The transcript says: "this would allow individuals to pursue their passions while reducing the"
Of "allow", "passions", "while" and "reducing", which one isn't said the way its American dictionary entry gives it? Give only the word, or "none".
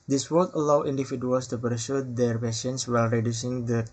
passions